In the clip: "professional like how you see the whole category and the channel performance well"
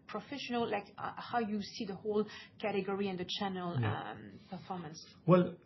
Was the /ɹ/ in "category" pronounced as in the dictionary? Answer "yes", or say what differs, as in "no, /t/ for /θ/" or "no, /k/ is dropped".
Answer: yes